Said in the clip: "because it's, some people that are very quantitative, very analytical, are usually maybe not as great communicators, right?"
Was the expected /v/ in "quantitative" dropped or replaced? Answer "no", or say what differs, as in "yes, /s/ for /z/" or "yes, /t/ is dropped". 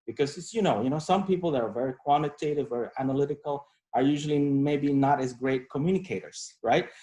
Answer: no